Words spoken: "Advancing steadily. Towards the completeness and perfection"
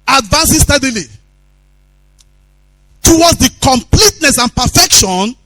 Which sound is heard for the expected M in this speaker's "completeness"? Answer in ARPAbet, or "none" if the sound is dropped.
M